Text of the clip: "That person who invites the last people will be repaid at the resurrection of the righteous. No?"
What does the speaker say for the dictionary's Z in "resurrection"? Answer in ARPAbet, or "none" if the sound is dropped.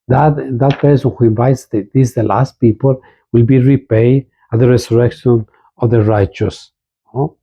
S